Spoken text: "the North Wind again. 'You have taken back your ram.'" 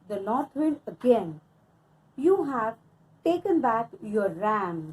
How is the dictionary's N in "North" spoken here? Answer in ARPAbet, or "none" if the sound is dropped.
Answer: L